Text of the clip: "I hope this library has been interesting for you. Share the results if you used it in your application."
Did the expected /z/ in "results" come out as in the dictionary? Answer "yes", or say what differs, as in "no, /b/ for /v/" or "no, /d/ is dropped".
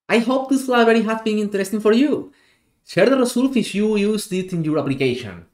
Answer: no, /s/ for /z/